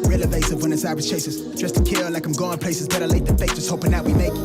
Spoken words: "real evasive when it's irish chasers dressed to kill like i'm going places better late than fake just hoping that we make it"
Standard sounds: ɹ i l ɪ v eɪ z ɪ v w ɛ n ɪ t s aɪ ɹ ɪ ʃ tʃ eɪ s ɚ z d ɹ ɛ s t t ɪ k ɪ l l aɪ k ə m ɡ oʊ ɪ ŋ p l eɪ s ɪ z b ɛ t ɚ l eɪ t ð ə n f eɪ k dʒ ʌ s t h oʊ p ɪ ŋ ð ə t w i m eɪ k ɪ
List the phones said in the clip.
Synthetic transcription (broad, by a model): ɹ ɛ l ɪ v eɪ s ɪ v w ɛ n ɪ t s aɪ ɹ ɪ s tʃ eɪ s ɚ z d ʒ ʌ s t t ɪ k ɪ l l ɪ k ə m ɡ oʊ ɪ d p l eɪ s ɪ z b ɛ t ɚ l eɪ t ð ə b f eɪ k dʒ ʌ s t h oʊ p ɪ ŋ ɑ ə t w i m eɪ k